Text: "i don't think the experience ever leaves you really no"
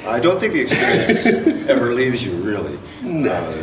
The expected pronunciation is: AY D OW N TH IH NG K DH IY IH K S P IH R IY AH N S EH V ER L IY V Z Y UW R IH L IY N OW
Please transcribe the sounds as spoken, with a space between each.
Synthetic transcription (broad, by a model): AY D OW N TH IH NG K DH IY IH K S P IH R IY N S EH V ER L IY V Z Y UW R IH L IY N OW